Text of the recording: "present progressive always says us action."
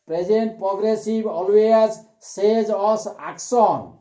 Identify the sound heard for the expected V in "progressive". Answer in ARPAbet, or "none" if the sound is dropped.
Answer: B